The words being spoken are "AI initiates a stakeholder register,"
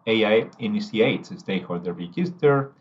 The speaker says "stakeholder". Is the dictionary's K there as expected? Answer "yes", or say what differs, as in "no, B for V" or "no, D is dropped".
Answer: no, K is dropped